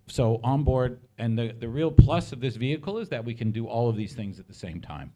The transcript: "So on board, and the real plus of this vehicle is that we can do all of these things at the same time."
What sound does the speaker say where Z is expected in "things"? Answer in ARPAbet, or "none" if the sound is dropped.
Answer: Z